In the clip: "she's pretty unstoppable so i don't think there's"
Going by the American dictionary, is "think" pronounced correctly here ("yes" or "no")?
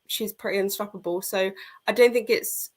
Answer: yes